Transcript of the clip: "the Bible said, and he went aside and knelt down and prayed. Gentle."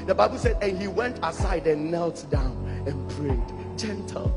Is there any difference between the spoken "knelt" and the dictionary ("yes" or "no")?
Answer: no